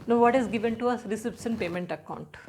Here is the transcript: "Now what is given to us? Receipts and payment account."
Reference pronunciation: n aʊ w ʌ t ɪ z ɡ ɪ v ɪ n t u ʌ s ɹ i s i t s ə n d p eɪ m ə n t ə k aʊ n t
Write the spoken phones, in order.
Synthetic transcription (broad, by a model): n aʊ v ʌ t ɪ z ɡ ɪ v ɪ n t u ʌ s ɹ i s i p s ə n p eɪ m ə n t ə k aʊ n t